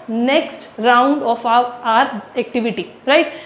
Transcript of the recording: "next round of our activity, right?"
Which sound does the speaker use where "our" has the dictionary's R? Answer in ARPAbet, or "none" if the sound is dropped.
R